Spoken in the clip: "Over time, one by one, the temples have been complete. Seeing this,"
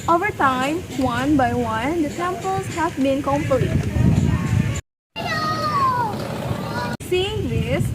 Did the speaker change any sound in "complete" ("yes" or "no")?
yes